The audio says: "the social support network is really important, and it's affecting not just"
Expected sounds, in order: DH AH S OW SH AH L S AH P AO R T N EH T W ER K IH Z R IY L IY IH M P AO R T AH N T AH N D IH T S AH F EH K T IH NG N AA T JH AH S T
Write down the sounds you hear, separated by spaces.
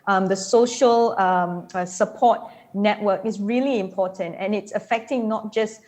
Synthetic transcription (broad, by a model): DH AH S OW SH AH L S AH P AO T N EH T W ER K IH S R IY L IY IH M P AO T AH N T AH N IH T S AH F EH K T IH NG N AA T JH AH S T